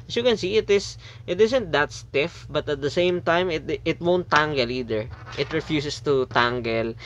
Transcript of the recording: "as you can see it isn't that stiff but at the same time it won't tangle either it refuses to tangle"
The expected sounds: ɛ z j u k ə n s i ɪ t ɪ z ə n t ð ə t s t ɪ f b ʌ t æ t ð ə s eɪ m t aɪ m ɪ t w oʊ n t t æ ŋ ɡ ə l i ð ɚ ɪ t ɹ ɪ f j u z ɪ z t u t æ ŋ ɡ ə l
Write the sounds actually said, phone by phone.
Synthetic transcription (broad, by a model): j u k ə n s i ɪ t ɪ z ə n t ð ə t s t ɪ f b ʌ t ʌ t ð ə s eɪ m t aɪ m ɪ t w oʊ n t t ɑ ŋ ɡ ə l i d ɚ ɪ t ɹ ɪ f j u s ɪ s t u t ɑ ŋ ɡ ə l